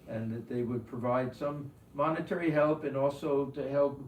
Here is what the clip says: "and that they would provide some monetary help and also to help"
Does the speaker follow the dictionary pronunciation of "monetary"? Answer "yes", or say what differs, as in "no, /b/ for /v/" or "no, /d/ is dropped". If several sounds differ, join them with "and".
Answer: yes